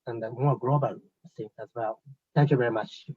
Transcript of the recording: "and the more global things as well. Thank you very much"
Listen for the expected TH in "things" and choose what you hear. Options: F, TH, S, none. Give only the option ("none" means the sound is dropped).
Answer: S